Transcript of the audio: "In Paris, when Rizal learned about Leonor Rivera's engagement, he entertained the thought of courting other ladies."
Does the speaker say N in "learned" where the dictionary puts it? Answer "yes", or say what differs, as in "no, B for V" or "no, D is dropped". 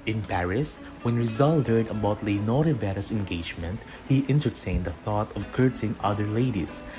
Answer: no, N is dropped